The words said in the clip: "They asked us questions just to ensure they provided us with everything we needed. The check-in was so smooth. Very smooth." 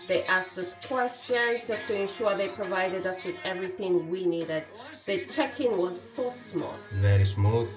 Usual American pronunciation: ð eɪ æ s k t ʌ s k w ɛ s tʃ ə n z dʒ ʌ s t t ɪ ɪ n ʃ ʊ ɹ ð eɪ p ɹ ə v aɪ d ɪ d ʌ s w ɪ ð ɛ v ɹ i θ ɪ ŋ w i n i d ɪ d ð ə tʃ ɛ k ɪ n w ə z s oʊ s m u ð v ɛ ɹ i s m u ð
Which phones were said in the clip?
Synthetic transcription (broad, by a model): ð eɪ æ s k t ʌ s k w ɛ s tʃ ə n z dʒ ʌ s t t ɪ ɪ n ʃ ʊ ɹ ð eɪ p ɹ ə v aɪ d ɪ d ʌ s w ɪ ð ɛ v ɹ i θ ɪ ŋ w i n i d ɪ d ð ə tʃ ɛ k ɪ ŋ w ə z s oʊ s m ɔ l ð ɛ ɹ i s m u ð